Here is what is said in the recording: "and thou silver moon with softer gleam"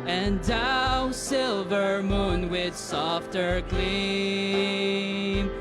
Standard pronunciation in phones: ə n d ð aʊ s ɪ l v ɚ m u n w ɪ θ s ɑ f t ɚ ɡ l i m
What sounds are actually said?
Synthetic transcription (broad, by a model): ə n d aʊ s ɪ l v ɚ m u n w ɪ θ s ɑ f t ɚ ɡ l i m